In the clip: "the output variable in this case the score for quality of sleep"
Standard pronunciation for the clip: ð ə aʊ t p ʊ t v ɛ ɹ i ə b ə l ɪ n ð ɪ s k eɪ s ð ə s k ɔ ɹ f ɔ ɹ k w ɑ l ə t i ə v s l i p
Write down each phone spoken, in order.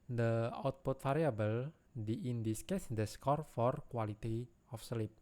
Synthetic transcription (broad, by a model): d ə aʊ t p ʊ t f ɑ ɹ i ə b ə l ɪ n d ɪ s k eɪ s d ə s k ɔ ɹ f ɔ ɹ k w ɑ l ə t i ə f s l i p